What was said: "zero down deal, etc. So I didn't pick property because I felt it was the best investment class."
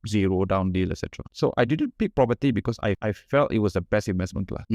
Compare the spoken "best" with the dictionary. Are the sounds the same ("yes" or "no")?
no